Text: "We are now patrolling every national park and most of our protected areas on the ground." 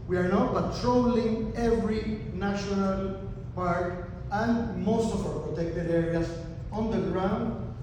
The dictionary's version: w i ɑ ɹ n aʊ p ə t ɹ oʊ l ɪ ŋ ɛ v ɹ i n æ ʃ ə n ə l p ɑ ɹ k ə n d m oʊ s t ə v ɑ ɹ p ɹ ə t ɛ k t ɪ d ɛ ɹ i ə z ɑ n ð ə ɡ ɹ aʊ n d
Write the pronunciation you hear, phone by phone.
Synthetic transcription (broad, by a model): w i ɑ ɹ n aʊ p ə t ɹ oʊ l ɪ ŋ ɛ v ɹ i n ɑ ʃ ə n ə l p ɑ ɹ k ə n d m oʊ s t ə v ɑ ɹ p ɹ ə t ɛ k t ɪ d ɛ ɹ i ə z ɑ n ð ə ɡ ɹ aʊ n d